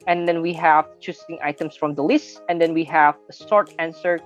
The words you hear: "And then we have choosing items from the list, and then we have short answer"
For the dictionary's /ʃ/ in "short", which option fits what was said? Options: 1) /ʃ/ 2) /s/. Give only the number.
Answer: 2